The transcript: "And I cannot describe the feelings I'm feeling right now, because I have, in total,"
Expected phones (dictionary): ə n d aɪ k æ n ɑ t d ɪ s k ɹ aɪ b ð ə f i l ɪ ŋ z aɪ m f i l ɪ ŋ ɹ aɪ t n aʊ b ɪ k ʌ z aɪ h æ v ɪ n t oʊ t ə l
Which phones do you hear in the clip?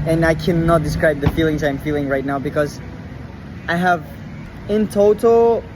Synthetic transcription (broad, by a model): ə n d aɪ k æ n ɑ t d ɪ s k ɹ aɪ b ð ə f i l ɪ ŋ z aɪ m f i l ɪ ŋ ɹ aɪ t n aʊ b ɪ k ʌ z aɪ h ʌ v ɪ n t oʊ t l